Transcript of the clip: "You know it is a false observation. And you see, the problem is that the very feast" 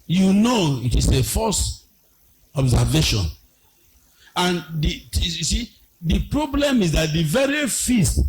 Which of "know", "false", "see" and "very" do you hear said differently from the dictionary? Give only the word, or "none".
false